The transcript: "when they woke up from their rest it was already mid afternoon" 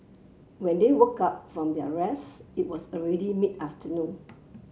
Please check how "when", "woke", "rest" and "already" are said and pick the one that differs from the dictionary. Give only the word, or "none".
rest